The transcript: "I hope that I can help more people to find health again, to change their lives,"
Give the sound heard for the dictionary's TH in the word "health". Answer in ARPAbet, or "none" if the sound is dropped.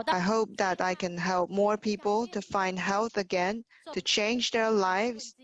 TH